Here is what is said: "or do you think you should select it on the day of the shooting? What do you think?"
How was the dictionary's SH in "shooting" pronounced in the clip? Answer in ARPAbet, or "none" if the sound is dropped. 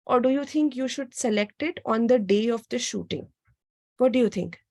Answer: SH